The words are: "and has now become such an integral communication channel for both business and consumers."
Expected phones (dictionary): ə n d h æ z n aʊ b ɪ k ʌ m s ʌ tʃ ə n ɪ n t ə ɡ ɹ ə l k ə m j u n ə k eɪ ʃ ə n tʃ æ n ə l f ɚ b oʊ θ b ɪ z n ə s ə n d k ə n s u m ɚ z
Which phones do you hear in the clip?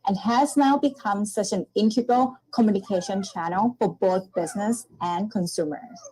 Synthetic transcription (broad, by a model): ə n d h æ z n aʊ b ɪ k ʌ m s ʌ tʃ ə n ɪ n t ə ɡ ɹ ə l k ə m j u n ə k eɪ ʃ ə n tʃ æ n l f ɚ b oʊ θ b ɪ z n ə s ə n k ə n s u m ɚ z